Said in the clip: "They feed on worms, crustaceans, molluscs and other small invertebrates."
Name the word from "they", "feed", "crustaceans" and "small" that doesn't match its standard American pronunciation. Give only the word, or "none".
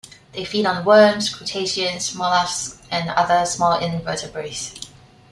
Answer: crustaceans